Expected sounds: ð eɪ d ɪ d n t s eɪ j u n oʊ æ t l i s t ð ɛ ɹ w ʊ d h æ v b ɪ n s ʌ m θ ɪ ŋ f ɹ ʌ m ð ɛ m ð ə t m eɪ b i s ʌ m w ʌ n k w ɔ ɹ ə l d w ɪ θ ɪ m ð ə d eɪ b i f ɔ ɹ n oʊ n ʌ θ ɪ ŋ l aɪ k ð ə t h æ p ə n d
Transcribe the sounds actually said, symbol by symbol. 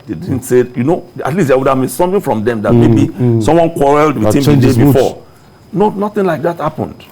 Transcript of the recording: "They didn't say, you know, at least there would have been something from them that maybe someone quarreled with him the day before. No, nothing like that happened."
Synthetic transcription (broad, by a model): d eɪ d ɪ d n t s eɪ j u n oʊ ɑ t l i s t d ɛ w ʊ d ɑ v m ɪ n s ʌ m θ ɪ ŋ f ɹ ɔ m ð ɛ m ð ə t m eɪ b i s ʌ m w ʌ n k w ɔ ɹ ə l d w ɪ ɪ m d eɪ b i f ɔ n oʊ n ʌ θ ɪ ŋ l aɪ k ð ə t h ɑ p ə n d